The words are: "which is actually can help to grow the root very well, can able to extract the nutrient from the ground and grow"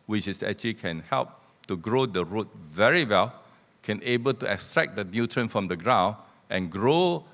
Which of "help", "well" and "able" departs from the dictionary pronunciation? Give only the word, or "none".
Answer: none